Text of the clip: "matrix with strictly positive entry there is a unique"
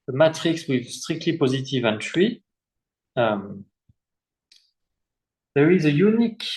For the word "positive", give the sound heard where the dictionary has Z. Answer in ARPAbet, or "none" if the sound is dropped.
Z